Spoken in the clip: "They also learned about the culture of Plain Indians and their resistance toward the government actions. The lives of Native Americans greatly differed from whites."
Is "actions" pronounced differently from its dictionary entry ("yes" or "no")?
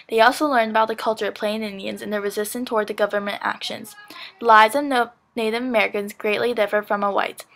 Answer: no